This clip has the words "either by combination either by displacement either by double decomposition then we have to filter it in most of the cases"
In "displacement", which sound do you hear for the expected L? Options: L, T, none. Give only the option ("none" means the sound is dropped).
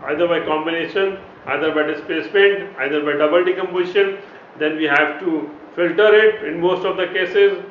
none